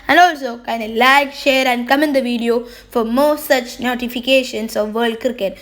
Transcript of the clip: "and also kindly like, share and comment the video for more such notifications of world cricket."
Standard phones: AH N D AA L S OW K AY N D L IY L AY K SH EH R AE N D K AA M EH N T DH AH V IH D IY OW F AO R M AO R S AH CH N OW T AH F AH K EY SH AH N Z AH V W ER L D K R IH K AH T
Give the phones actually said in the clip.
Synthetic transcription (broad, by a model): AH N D AA L S OW K AY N D IY L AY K SH EH R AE N D K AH M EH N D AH V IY D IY OW F AO R M AO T S AH CH N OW T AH F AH K EY SH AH N S AH V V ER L D K R K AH T